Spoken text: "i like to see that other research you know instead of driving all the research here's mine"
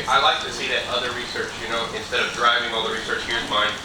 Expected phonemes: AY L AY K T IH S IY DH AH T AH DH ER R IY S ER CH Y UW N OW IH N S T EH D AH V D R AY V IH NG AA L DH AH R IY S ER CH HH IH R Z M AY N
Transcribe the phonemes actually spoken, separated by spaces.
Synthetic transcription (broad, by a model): AY L AY K T IH S IY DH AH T AH DH ER R IY S ER CH Y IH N OW IH N S T EH D AH V D R AY V IH NG AA L DH AH R IY S ER CH HH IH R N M AY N